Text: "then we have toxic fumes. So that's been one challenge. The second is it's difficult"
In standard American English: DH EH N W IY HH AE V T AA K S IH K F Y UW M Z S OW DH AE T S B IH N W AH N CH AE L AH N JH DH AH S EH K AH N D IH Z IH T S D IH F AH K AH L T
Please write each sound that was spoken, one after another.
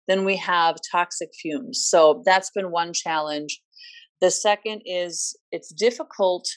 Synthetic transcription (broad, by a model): DH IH N W IY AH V T AA K S IH K F Y UW M Z S OW DH AE T S B IH N W AH N CH AE L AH N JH DH AH S EH K AH N D IH Z IH T S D IH F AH K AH L T